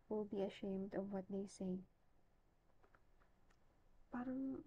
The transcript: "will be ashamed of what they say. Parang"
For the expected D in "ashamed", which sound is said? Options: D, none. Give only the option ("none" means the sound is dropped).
D